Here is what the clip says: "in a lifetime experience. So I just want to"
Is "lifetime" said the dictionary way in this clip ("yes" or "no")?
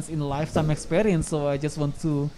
no